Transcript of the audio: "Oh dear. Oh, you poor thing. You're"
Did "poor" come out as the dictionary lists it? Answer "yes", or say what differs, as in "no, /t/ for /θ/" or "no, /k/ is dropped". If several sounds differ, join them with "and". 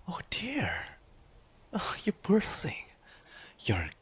no, /b/ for /p/